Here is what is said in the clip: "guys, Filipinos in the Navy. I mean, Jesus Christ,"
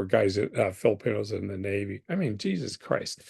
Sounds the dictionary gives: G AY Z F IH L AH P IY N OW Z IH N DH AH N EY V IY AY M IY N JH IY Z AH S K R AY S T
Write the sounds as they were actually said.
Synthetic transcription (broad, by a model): G AY Z F IH L AH P IY N OW Z IH N DH AH N EY V IY AY M IY N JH IY Z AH S K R AY S T